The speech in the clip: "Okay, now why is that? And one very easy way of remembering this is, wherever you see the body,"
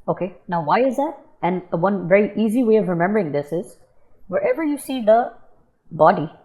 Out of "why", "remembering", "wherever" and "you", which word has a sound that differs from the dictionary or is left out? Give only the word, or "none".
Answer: none